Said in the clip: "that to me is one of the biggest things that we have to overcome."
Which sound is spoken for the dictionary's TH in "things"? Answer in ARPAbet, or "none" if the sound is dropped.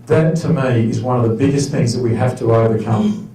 TH